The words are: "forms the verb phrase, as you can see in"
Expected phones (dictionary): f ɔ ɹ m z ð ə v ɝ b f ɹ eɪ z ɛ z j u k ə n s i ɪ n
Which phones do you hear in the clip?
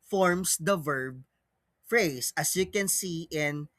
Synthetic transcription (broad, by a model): f ɔ ɹ m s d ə v ɝ b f ɹ eɪ s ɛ s j u k ə n s i ɪ n